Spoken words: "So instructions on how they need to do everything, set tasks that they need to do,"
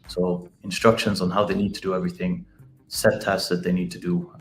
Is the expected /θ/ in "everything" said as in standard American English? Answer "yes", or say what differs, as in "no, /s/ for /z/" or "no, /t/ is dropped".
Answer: yes